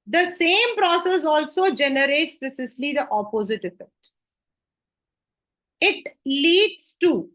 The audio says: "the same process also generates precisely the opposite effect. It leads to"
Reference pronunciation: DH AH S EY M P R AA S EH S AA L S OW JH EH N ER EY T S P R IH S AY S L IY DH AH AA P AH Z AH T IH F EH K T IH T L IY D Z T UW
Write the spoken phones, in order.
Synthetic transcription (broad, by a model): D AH S EY M P R AA S EH S AA L S OW JH EH N ER EY T S P R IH S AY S L IY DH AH AA P AH Z AH T IH F EH K T IH T L IY D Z T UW